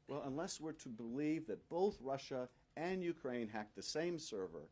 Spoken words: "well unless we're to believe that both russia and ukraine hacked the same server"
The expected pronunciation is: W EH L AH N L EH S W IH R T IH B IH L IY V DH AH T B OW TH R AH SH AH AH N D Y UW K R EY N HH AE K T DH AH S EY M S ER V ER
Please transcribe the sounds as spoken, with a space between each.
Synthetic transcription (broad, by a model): W EH L AH N L EH S W IH R T IH B IH L IY V DH AH T B OW TH R AH SH AH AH N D Y UW K R EY N HH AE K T DH AH S EY M S ER V ER